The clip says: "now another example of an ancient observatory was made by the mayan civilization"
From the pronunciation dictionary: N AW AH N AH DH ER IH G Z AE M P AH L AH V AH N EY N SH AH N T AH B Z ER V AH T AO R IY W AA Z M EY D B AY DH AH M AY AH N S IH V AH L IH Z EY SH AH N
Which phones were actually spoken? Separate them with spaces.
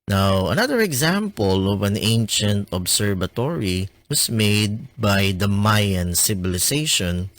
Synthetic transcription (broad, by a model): N AW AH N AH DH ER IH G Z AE M P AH L AH V AH N EY N SH AH N T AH B S ER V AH T AO R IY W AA S M EY D B AY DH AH M AY AH N S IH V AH L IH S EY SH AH N